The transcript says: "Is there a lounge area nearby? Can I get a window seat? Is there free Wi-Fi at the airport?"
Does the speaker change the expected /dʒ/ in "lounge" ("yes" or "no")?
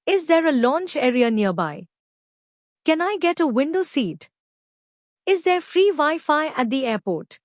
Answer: yes